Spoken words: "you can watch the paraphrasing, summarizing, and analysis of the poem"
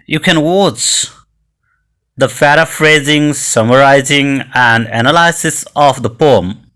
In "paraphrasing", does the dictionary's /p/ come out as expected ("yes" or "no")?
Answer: no